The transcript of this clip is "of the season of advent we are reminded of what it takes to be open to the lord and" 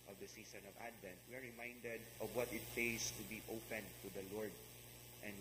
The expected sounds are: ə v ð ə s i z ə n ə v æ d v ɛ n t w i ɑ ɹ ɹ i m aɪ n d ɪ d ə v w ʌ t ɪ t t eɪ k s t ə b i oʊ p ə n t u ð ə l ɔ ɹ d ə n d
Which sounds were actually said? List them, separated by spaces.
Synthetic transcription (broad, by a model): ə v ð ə s i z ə n ə v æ d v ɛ n t w i ɑ ɹ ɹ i m aɪ n d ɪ d ə v w ʌ t ɪ t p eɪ s t ə b i oʊ p ə n t u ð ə l ɔ ɹ d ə n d